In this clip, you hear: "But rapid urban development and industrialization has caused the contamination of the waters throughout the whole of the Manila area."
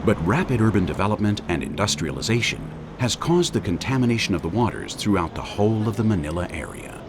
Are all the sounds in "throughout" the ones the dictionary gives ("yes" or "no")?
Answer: yes